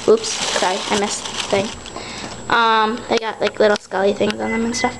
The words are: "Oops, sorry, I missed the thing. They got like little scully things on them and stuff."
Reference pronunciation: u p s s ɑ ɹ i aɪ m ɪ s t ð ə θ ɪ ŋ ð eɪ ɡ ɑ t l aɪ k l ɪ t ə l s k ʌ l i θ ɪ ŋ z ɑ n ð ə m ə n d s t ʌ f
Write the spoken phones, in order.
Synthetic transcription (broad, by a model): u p s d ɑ i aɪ m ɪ s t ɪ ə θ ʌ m ð eɪ ɡ ɑ t l aɪ k l ɪ t l s k ʌ l i θ ɪ ŋ z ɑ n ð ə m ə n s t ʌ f